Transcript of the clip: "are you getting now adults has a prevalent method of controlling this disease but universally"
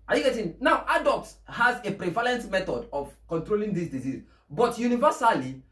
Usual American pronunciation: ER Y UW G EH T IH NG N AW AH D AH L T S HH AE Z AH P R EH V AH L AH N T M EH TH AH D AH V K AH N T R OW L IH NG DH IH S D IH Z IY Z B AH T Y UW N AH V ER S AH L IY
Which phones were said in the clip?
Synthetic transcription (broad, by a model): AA Y UW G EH T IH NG N AW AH D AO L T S HH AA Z AH P R EH V AH L AH N T M EH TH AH D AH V K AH N T R OW L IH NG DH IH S D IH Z IY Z B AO T Y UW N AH V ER S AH L IY